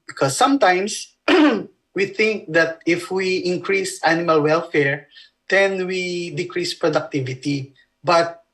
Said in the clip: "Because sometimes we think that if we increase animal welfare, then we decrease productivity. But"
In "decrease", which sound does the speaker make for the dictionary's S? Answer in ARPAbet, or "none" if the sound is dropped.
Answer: S